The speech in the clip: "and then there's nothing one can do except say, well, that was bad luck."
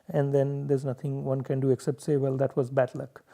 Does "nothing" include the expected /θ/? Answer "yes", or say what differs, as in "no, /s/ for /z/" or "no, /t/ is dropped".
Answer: no, /t/ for /θ/